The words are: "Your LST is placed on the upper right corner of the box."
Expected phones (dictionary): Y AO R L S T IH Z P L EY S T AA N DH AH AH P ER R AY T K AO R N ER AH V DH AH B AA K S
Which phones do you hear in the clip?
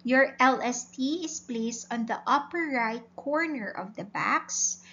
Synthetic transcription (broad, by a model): Y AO R L S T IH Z P L EY S T AA N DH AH AH P ER R AY T K AO R N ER AH V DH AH B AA K S